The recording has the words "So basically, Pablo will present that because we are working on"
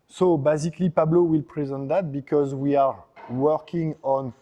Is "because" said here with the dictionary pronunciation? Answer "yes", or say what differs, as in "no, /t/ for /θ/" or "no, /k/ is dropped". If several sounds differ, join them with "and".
yes